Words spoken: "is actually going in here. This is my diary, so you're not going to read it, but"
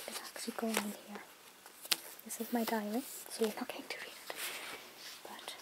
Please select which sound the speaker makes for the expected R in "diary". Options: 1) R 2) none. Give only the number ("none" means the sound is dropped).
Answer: 2